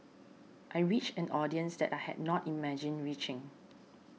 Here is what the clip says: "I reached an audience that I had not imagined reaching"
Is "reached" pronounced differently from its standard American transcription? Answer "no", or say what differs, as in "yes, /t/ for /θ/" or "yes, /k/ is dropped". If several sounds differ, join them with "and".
yes, /t/ is dropped